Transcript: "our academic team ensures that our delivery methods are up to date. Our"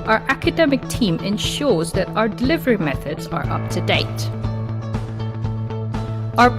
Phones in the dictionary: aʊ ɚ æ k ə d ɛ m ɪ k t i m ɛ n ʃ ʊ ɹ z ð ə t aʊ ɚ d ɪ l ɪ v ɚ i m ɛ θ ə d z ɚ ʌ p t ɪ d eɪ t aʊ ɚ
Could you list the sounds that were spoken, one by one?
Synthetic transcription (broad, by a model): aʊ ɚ æ k ə d ɛ m ɪ k t i m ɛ n ʃ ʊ ɹ z ð ə t aʊ ɚ d ɪ l ɪ v ɚ i m ɛ θ ə d z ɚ ʌ p t ɪ d eɪ t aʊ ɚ